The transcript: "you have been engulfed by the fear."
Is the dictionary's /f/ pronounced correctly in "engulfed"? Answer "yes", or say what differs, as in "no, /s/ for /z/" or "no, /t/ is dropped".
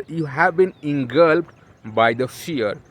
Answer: no, /p/ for /f/